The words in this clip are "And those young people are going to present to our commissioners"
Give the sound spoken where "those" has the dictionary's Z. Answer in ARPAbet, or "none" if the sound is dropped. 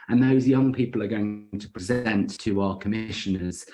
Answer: Z